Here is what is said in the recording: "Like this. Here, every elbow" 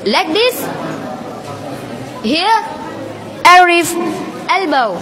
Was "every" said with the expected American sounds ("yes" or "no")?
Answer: no